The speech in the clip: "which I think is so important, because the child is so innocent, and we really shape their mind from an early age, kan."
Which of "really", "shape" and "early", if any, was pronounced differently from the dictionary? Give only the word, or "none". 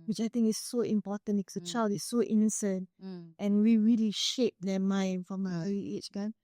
early